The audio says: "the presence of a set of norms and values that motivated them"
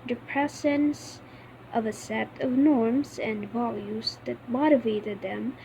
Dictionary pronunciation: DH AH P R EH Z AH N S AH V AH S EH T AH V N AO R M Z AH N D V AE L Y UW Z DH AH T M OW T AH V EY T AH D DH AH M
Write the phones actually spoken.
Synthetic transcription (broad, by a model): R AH P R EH S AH N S AH V AH S EH T AH V N AO R M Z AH N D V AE L Y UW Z DH AH T M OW T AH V EY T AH D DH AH M